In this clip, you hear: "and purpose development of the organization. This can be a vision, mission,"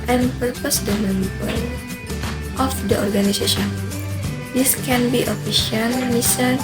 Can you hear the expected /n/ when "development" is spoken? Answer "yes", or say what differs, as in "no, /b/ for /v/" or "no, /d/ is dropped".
no, /l/ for /n/